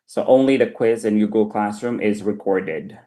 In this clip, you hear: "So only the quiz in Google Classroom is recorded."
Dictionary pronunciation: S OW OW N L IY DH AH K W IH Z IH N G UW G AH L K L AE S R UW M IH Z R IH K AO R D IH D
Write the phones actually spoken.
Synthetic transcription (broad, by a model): S OW OW N L IY DH AH K W IH Z IH N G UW G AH L K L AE S R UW M IH Z R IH K AO R D IH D